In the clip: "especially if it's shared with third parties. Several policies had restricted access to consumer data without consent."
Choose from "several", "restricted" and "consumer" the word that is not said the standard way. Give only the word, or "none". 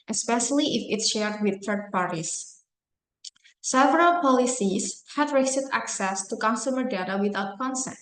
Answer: restricted